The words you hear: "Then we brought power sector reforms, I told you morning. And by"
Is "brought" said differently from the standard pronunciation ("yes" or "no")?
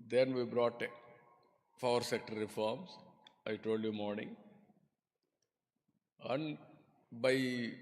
no